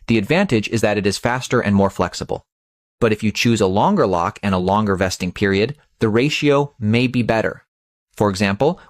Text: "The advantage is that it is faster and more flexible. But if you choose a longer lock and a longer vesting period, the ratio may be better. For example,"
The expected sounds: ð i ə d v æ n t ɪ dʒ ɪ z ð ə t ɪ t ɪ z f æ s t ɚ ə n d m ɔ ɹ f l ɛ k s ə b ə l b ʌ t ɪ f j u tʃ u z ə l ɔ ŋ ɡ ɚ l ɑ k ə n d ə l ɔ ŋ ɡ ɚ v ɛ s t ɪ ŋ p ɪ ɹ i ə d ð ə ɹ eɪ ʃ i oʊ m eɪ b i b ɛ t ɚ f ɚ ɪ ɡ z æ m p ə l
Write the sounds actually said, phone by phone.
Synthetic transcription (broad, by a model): ð i ə d v æ n t ɪ dʒ ɪ z ð ə t ɪ t ɪ z f æ s t ɚ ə n m ɔ ɹ f l ɛ k s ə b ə l b ʌ t ɪ f j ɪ tʃ u z ə l ɔ ŋ ɡ ɚ l ɑ k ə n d ə l ɔ ŋ ɡ ɚ v ɛ s t ɪ ŋ p ɪ ɹ i ə d ð ə ɹ eɪ ʃ i oʊ m eɪ b i b ɛ t ɚ f ɚ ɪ ɡ z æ m p l